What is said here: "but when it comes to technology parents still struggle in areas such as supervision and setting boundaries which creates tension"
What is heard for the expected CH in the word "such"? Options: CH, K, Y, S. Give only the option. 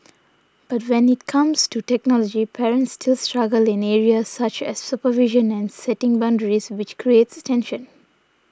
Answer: CH